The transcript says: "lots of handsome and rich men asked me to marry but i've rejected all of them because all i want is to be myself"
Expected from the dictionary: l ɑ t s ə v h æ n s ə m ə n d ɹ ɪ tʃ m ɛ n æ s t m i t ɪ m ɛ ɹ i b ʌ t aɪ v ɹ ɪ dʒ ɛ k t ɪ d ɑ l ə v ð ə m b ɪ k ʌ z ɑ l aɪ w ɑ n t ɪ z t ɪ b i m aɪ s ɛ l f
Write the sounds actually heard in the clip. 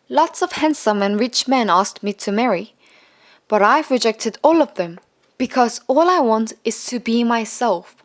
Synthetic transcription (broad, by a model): l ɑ t s ə v h æ n s ə m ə n ɹ ɪ tʃ m ɛ n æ s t m i t ɪ m ɛ ɹ i b ʌ t aɪ v ɹ ɪ dʒ ɛ k t ɪ d ɑ l ə v ð ə m b ɪ k ʌ z ɑ l aɪ w ɑ n t ɪ z t ɪ b i m aɪ s ɛ l f